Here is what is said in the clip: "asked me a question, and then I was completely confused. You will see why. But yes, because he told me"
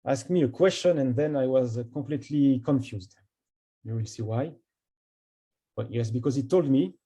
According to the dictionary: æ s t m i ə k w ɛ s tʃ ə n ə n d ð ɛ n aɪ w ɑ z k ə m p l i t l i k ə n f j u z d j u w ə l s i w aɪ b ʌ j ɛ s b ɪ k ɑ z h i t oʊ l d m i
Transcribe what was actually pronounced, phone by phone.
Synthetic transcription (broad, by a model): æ s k m i ə k w ɛ s tʃ ə n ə n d ð ɛ n aɪ w ɑ z k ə p l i t l i k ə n f j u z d j u w ə l s i w aɪ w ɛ j ɛ s b ɪ k ɑ z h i t oʊ l d m i